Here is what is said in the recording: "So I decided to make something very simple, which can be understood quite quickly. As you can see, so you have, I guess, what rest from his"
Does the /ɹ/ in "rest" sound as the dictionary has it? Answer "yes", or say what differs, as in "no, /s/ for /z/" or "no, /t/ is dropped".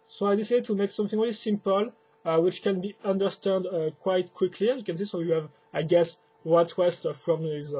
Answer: no, /w/ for /ɹ/